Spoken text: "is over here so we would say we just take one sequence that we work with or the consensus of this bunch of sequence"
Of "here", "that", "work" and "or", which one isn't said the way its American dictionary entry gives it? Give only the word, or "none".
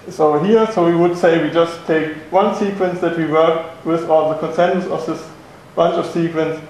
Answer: or